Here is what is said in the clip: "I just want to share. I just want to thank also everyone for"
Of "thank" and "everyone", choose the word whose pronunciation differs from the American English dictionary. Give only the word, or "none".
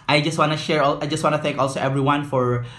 none